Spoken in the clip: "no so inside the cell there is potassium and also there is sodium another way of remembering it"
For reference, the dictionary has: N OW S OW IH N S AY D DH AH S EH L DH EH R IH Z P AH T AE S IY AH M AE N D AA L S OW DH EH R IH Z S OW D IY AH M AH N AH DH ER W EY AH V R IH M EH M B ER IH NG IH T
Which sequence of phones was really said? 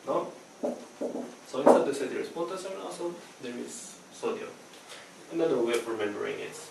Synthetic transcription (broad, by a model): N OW S OW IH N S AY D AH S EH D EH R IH S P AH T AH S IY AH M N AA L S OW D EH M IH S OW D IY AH AH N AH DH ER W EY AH R IH M EH M B ER IH NG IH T